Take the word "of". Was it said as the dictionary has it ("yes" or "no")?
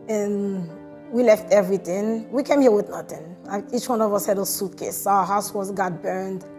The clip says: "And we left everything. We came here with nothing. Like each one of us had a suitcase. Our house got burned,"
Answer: yes